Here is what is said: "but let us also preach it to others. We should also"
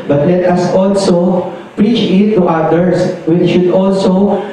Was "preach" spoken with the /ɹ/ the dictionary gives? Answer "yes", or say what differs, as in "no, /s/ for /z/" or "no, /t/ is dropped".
yes